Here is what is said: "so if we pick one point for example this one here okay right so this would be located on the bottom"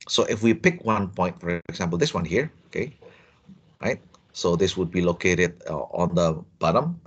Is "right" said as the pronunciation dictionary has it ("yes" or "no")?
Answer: yes